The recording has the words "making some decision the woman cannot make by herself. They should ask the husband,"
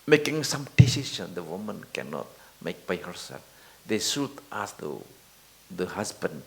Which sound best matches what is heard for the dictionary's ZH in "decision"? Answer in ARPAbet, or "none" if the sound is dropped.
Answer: SH